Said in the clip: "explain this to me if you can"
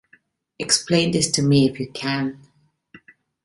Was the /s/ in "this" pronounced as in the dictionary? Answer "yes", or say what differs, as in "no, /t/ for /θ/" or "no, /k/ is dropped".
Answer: yes